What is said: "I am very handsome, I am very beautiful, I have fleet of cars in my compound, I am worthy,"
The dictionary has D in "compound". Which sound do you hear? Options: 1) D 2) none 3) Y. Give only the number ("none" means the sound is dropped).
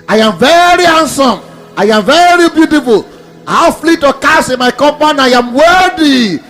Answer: 2